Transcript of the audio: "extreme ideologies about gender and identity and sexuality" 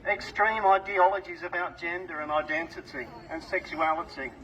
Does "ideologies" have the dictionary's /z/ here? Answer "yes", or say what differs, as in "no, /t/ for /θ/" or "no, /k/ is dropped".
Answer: yes